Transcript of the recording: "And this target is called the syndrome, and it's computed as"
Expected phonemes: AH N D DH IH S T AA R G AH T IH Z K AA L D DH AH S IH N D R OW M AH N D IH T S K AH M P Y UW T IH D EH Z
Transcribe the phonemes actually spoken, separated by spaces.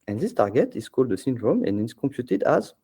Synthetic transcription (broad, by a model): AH N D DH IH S T AA R G AH T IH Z K AA L D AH S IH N D R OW M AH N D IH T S K AH M P Y UW T IH D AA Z